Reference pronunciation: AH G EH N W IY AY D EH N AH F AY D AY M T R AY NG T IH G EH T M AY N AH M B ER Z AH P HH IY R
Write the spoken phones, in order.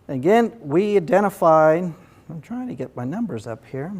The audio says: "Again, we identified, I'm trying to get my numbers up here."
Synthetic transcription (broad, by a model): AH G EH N W IY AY D EH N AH F AY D AY M T R AY NG T IH G EH T M AY N AH M B ER Z AH P HH IY R